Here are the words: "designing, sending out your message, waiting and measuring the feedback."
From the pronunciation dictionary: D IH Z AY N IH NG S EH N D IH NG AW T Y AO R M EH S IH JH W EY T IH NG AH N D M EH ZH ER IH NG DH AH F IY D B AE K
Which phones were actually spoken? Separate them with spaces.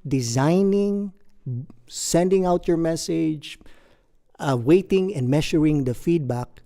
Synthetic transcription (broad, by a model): D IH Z AY N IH NG S EH N D IH NG AW T Y AO R M EH S IH JH W EY T IH NG AH N D M EH SH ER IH NG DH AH F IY D B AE K